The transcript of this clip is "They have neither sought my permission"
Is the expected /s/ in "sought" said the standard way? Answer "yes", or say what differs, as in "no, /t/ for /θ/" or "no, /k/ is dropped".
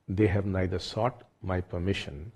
yes